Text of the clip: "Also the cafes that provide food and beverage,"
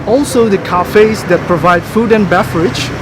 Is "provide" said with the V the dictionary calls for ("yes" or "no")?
yes